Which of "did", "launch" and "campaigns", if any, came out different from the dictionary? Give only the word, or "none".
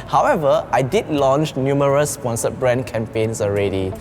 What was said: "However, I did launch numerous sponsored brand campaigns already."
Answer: campaigns